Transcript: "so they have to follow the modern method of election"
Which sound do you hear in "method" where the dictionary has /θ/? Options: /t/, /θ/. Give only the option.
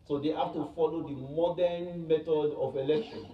/t/